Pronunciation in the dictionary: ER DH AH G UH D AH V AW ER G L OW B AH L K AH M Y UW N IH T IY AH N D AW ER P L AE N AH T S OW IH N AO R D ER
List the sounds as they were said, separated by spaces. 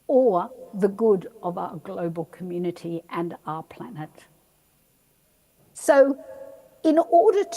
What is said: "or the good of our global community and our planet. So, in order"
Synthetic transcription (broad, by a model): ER DH AH G UH D AH V AW ER G L OW B AH L K AH M Y UW N IH T IY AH N AW ER P L AE N AH T S OW IH N AO R D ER